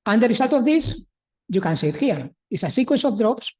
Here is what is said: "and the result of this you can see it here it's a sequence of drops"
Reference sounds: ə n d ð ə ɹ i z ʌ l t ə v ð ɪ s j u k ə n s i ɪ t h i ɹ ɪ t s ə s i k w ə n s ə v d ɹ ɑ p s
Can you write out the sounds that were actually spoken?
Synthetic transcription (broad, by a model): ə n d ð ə ɹ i s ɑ l t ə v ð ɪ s j u k ə n s i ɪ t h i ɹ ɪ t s ə s i k w ə n s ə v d ɹ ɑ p s